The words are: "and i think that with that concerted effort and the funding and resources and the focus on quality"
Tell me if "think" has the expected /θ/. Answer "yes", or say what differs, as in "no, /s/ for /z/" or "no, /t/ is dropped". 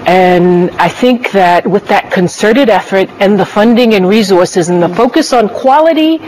yes